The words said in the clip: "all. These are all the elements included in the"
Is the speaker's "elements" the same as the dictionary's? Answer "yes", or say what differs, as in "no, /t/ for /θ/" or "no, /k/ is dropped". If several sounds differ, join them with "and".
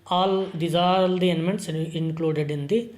no, /n/ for /l/